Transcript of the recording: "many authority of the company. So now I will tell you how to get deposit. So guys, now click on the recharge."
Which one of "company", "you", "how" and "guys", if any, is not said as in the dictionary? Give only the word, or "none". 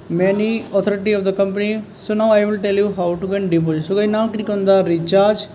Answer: guys